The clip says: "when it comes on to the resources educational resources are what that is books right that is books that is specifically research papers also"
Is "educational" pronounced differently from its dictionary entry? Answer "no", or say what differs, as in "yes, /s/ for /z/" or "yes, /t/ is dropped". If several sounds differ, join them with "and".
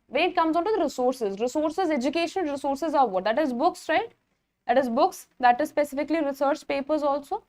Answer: yes, /n/ is dropped and /n/ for /l/